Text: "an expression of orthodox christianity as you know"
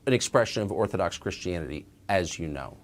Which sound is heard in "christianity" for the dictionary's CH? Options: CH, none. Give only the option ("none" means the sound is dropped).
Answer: CH